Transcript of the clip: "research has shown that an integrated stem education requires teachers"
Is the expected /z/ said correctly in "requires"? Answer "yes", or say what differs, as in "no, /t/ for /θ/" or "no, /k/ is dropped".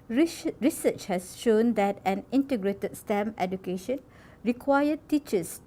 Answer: no, /z/ is dropped